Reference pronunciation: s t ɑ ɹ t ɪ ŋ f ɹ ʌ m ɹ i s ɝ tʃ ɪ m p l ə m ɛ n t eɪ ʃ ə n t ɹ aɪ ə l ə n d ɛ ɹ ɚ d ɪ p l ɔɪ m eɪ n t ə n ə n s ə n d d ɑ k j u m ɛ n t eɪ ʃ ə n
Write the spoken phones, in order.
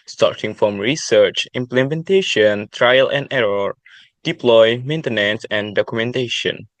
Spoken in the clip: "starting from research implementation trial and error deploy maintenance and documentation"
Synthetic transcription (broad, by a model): s t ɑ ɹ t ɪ ŋ f ɹ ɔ m ɹ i s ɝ tʃ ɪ m p l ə m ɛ n t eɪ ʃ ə n t ɹ aɪ ə l ə n d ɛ ɹ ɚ d ɪ p l ɔɪ m eɪ n t ə n ə n s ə n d d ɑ k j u m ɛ n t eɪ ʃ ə n